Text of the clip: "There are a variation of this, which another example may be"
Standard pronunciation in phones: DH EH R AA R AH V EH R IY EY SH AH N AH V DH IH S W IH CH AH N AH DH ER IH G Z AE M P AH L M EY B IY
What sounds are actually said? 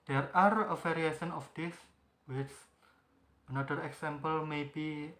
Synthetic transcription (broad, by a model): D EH R AA R AH F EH R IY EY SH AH N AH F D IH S W IH CH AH N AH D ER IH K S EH M P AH L M EY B IY